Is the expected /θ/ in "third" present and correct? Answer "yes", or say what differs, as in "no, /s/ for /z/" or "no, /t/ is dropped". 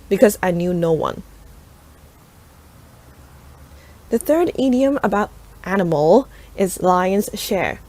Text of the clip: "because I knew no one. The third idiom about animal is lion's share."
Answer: yes